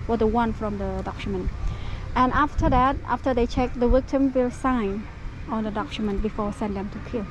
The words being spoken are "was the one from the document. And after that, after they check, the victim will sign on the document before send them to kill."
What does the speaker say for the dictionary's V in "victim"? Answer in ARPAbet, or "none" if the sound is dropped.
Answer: W